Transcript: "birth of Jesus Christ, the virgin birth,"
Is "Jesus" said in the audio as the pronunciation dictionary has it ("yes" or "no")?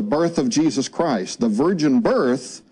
yes